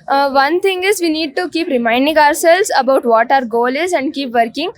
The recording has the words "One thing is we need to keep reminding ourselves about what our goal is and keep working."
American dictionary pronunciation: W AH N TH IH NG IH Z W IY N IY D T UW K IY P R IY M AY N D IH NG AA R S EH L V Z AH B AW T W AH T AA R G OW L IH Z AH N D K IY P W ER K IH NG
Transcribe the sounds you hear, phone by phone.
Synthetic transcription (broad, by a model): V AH N T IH NG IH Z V IY N IY D T UW K IY P R IY M AY N D IH NG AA R S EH L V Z AH B AW T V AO T AA R G OW L IH Z AH N D K IY P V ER K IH NG